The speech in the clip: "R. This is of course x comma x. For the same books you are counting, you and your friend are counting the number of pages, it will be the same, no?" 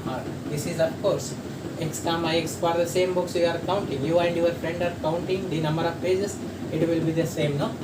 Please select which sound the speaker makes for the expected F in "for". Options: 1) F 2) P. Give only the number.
2